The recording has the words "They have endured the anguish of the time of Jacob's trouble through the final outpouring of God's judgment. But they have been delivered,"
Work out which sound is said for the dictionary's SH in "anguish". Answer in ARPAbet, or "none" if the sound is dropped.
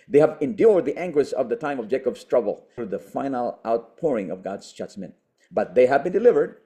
S